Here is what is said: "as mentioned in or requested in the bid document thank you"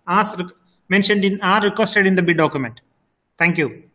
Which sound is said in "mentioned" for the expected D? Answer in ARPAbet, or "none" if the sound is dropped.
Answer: D